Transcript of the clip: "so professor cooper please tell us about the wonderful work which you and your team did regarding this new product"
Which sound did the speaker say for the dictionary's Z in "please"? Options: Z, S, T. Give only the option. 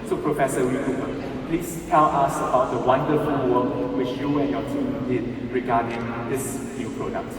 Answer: S